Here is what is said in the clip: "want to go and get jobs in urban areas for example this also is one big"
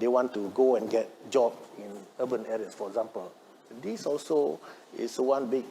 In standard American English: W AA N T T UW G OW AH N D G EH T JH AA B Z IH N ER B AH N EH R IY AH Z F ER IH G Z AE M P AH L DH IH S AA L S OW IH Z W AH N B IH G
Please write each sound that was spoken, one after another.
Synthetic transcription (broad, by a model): W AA N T T UW G OW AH N G EH T JH AA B IH N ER B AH N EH R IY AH S F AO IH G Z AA M P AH L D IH S AA L S OW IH S W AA N B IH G